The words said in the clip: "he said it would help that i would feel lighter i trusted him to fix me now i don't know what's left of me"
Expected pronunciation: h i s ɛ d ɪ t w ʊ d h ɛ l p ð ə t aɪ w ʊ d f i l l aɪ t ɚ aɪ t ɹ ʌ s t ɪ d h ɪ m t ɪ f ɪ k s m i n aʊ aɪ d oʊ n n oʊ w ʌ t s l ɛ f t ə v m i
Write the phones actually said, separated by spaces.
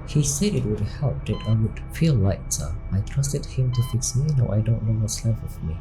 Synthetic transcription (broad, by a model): h i s ɛ d ɪ t w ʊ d h ɛ l p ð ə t aɪ w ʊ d f i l l aɪ s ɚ aɪ t ɹ ʌ s t ɪ d h ɪ m t ɪ f ɪ k s m i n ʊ aɪ d oʊ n n oʊ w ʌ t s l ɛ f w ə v m i